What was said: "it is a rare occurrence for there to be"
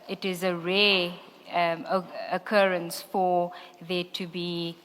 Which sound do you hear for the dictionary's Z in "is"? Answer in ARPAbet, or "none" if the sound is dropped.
Z